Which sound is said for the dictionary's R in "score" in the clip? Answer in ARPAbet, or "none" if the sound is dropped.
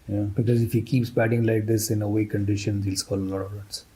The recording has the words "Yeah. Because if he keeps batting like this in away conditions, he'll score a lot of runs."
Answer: L